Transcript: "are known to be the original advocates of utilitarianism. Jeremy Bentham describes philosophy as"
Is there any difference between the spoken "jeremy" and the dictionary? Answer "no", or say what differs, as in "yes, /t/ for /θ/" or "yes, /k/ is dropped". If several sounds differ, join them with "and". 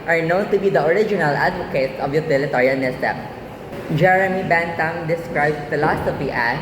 no